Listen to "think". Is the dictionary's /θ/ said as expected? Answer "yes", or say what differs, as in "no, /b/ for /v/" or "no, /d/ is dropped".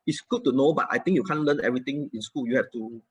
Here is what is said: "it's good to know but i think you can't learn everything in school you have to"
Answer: no, /t/ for /θ/